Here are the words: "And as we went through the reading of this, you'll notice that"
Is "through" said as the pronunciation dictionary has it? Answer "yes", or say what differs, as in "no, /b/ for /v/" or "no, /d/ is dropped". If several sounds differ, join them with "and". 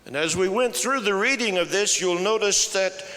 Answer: yes